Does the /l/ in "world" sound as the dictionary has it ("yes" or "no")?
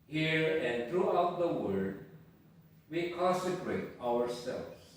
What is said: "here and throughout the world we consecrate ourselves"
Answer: no